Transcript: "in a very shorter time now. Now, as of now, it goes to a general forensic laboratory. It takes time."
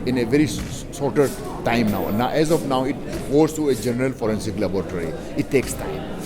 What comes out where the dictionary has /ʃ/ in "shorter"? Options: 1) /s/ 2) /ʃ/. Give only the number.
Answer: 1